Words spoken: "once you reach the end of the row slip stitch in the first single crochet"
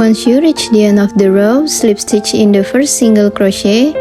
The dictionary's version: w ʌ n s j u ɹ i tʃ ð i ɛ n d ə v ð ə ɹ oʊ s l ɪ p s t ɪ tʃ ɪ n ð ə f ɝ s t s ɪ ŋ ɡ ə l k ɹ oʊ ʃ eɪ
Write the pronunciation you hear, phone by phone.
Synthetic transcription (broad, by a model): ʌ n s j u ɹ i tʃ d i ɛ n ə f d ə ɹ oʊ s l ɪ p s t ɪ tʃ ɪ n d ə f ɝ s t s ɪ ŋ ɡ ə l k ɹ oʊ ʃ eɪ